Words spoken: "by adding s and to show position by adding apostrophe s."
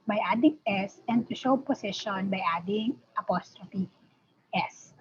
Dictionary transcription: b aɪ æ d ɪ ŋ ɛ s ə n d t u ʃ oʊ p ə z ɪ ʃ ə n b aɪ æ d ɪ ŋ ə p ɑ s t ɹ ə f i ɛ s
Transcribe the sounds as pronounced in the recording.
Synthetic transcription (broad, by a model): b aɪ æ d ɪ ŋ ɛ s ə n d t u ʃ oʊ p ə s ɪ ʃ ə n b aɪ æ d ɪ ŋ ə p ɑ s t ɹ ə f i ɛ s